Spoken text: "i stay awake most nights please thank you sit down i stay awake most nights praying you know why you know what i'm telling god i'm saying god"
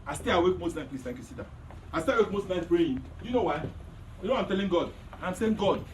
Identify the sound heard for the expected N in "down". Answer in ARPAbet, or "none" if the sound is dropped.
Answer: none